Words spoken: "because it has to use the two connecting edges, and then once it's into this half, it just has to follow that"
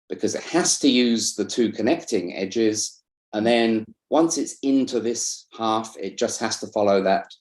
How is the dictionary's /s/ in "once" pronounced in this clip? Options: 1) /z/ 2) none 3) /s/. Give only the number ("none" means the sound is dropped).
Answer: 3